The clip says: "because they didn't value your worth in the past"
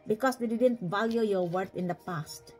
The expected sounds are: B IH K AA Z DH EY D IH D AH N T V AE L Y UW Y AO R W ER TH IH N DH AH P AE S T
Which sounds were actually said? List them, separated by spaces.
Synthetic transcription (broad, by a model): B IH K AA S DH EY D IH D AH N T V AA L Y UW Y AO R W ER T IH N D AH P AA S T